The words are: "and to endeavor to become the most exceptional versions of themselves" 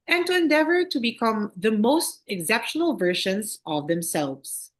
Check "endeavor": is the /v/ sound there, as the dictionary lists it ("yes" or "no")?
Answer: yes